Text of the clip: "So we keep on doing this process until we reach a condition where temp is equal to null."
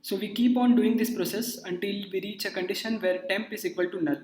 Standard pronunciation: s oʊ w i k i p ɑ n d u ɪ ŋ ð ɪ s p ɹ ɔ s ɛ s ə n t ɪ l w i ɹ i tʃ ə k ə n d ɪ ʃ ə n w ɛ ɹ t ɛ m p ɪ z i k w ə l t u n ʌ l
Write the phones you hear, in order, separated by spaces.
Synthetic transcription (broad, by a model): s oʊ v i k i p ɑ n d u ɪ ŋ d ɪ s p ɹ ɔ s ɛ s ə n t ɪ l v i ɹ i tʃ ə k ə n d ɪ ʃ ə n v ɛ ɹ t ɛ m p ɪ z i k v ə l t u n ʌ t